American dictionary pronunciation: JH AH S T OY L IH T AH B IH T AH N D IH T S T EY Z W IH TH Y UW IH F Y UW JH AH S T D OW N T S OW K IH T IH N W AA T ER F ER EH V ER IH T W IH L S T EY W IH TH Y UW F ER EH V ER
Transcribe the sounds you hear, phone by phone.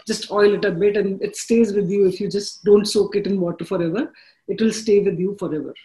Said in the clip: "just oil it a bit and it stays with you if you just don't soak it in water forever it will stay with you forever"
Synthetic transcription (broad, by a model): JH AH S T OY L IH T AH B IH T AH N D IH T S T EY Z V IH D Y UW IH F Y UW JH AH S T D OW N T S OW K IH T IH N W AA T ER F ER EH V ER IH T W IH L S T EY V IH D Y UW F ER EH V ER